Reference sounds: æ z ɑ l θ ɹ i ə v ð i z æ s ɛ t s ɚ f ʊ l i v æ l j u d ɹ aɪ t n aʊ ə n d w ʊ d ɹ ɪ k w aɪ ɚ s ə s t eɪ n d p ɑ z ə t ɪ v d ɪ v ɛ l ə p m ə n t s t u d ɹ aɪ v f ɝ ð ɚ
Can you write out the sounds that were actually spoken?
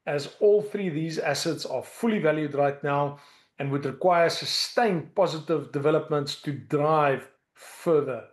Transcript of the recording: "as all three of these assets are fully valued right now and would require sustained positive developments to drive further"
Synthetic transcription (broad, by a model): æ z ɑ l θ ɹ i ð i z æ s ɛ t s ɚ f ʊ l i v æ l j u d ɹ aɪ t n aʊ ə n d w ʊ d ɹ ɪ k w aɪ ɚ s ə s t eɪ n p ɑ z ə t ɪ v d ɪ v ɛ l ə p m ə n t s t u d ɹ aɪ v f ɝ ð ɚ